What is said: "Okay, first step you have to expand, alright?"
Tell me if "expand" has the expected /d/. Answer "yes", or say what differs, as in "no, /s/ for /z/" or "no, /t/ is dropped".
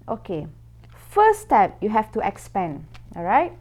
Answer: no, /d/ is dropped